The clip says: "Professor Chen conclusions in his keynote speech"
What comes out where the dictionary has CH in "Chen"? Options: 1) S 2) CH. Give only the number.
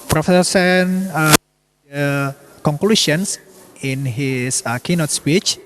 1